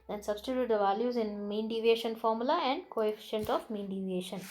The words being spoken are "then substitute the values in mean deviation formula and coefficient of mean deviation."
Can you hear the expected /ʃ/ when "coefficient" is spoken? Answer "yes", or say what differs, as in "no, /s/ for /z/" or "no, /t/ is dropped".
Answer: yes